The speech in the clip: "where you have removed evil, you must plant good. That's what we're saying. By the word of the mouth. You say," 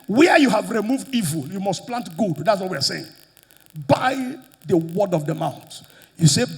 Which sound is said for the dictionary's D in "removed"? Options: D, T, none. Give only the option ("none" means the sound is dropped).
D